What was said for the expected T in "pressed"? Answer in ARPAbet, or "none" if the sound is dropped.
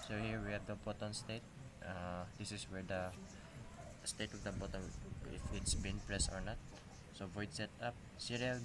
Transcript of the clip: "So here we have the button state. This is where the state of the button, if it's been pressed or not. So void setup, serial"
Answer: none